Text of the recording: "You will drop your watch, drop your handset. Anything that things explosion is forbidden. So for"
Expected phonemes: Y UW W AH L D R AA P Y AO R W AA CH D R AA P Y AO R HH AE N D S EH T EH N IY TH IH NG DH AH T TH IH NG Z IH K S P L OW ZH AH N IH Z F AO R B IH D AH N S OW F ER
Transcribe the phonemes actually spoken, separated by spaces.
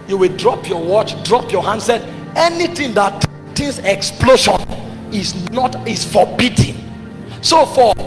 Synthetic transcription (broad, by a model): Y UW W AH L D R AA P Y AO W AA CH D R AA P Y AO HH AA N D S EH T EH N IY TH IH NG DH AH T T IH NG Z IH K S P L OW SH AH N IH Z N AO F B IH D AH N S OW F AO